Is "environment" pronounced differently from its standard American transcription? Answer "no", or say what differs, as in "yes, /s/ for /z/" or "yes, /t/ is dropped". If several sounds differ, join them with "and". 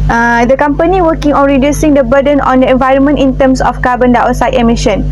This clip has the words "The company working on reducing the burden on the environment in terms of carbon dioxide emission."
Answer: no